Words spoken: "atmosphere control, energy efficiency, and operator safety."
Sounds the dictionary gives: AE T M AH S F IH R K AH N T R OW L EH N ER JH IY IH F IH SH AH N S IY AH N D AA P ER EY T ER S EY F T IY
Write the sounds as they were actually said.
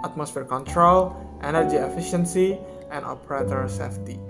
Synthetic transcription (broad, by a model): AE T M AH S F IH R K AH N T R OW L EH N ER JH IY IH F IH SH AH N S IY AH N D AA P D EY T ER S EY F T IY